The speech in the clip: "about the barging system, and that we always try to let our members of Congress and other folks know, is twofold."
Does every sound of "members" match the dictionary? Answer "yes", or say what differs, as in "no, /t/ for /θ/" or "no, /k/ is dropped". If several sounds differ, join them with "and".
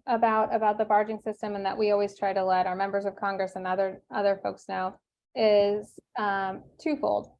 yes